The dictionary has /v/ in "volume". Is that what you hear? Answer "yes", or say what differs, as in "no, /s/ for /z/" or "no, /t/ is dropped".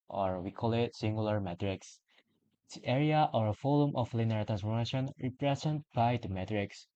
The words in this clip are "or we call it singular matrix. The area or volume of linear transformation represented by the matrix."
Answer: no, /f/ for /v/